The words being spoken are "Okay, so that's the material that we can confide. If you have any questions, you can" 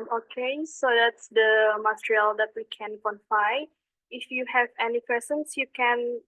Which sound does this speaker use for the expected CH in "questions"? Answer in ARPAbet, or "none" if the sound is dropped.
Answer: none